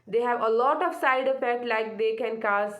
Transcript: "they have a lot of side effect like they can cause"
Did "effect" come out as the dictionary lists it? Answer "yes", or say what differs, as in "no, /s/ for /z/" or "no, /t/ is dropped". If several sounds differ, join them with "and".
no, /p/ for /f/